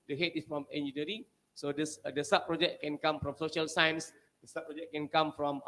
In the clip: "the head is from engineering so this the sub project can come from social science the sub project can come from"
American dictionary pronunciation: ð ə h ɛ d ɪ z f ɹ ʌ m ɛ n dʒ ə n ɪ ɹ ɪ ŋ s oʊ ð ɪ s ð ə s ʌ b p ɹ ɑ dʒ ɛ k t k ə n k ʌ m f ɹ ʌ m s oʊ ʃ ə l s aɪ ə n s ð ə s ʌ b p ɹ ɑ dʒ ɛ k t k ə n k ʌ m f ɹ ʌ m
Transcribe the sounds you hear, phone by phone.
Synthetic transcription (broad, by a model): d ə h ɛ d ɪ s f ɹ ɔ m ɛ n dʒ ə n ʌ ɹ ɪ s oʊ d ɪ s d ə s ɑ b p ɹ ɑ dʒ ɛ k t k ə n k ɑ m f ɹ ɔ m s oʊ ʃ ə l s aɪ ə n s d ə s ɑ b p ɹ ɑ dʒ ɛ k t k ə n k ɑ m f ɹ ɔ m